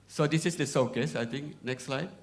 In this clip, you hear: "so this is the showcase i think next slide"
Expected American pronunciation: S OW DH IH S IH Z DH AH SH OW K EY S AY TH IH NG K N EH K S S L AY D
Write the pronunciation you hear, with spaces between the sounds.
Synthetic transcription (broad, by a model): S OW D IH S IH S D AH S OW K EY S AY T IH NG K N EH K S S L AY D